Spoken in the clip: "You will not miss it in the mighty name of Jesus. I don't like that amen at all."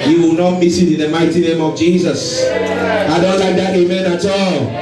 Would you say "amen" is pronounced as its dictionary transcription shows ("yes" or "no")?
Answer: yes